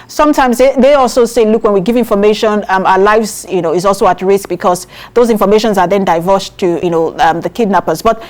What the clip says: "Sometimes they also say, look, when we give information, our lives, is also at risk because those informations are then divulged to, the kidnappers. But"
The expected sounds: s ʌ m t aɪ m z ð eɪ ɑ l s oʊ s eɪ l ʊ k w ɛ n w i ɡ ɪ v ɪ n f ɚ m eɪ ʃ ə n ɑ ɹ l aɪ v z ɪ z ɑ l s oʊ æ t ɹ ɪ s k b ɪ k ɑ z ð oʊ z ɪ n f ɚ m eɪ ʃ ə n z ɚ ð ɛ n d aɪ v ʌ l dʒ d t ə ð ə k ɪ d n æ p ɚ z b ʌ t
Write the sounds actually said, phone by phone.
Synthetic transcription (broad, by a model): s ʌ m t aɪ m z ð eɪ ɑ l s oʊ s eɪ l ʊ k w ɛ n w i ɡ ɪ v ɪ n f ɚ m eɪ ʃ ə n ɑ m l aɪ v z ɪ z ɑ l s oʊ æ t ɹ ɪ s k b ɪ k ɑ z ð oʊ z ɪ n f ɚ m eɪ ʃ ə n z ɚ ð ɛ n d aɪ v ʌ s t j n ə ð ə k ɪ d n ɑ p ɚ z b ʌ t